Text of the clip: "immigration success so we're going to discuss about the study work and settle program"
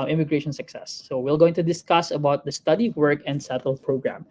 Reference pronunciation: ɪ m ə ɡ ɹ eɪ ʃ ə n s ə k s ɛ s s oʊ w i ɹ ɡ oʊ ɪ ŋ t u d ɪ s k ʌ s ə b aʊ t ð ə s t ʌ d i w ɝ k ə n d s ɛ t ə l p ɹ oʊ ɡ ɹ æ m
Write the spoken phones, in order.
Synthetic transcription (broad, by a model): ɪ m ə ɡ ɹ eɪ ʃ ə n s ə k s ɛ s s oʊ w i l ɡ oʊ ɪ ŋ t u d ɪ s k ʌ s ə b aʊ t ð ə s t ʌ d i w ɝ k ə n d s ɛ t ə l p ɹ oʊ ɡ ɹ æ m